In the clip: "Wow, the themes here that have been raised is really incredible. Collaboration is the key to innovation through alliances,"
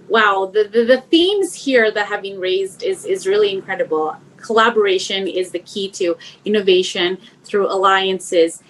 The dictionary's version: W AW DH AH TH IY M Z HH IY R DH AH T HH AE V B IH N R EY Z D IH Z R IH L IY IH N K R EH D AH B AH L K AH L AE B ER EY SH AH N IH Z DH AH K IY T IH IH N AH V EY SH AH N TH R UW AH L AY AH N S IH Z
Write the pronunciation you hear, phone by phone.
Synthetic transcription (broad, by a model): W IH DH AH TH IY M Z HH IY R DH AH T HH AE V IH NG R EY Z D IH Z R IH L IY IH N K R EH D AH B L K AH L AE B ER EY SH AH N IH Z DH AH K IY T IH IH N AH V EY SH AH N TH R UW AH L AY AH N S IH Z